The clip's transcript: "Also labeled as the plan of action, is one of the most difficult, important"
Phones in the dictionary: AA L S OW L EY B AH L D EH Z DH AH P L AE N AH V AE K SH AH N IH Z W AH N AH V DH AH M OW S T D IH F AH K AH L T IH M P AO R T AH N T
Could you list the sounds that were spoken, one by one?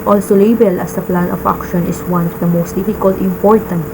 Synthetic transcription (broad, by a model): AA L S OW L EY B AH L AH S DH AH P L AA N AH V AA K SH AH N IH S W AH N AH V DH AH M OW S T D IH F AH K AH L T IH M P AO R T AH N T